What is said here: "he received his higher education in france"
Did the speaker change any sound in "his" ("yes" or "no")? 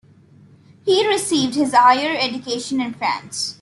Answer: no